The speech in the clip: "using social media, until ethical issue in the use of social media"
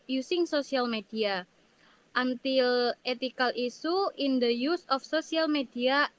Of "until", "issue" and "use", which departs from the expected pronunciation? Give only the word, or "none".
issue